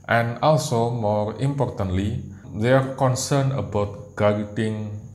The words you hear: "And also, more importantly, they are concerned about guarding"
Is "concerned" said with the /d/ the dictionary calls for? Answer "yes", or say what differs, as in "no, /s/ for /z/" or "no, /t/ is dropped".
no, /d/ is dropped